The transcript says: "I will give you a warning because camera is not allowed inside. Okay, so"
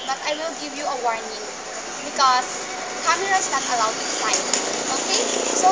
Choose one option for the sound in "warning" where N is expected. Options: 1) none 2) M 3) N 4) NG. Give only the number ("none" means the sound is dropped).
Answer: 3